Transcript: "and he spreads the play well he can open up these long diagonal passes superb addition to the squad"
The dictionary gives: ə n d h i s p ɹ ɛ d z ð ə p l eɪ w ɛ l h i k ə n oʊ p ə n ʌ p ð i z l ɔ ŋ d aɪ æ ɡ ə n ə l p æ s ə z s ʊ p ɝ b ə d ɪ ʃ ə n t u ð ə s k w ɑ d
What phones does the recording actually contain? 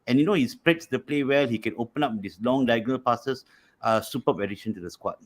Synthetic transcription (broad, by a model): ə n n h i s p ɹ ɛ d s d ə p l eɪ w ɛ l h i k ə n oʊ p ə n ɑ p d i s l ɔ ŋ d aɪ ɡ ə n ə l p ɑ s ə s s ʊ p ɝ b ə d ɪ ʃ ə n t u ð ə s k w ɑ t